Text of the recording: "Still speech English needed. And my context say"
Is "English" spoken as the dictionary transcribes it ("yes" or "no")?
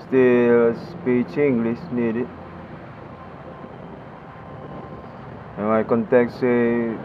no